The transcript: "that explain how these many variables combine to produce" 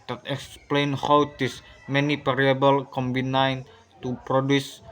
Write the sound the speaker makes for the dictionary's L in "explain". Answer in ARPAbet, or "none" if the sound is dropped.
L